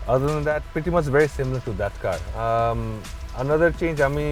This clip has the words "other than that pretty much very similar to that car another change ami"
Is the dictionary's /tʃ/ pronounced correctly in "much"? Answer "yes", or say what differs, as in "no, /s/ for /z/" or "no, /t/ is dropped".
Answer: no, /s/ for /tʃ/